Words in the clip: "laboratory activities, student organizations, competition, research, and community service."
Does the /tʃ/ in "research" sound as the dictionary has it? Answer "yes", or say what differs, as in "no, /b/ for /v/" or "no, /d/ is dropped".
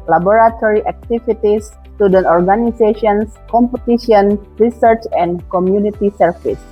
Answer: yes